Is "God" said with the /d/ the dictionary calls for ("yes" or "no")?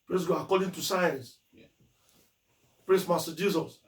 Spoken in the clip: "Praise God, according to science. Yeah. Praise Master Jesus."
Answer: no